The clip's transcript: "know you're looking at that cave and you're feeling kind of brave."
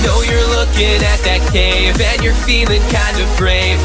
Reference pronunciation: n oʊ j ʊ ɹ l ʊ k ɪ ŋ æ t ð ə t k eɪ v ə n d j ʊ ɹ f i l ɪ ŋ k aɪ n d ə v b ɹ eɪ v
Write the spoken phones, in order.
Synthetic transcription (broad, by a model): n oʊ j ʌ ɹ l ʊ k ɪ ŋ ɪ t ð ə t k eɪ v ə n j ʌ ɹ f i l ɪ ŋ k aɪ n d ə v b ɹ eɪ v